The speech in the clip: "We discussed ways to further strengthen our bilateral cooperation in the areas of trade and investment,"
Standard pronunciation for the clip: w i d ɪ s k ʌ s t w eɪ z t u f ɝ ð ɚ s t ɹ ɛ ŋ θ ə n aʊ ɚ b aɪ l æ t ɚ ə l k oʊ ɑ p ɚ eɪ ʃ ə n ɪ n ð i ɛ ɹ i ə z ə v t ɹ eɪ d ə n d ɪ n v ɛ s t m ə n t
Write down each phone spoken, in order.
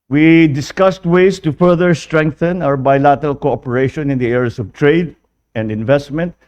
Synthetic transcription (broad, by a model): w i d ɪ s k ʌ s t w eɪ s t u f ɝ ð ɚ s t ɹ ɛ ŋ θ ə n aʊ ɚ b aɪ l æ t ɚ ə l k oʊ ɑ p ɚ eɪ ʃ ə n ɪ n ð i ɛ ɹ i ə s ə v t ɹ eɪ d ə n d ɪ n v ɛ s t m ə n t